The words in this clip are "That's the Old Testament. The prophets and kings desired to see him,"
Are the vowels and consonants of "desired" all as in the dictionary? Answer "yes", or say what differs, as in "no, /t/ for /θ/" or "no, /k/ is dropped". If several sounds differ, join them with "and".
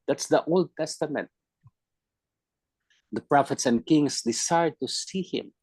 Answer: no, /s/ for /z/